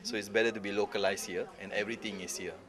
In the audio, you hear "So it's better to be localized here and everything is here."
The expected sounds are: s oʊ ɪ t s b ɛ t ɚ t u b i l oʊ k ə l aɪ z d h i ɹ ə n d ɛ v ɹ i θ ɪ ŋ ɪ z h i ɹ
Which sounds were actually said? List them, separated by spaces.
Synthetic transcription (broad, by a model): s oʊ ɪ t s b ɛ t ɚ t u b i l oʊ k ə l aɪ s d h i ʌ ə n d ɛ v ɹ i t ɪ ŋ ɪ s h i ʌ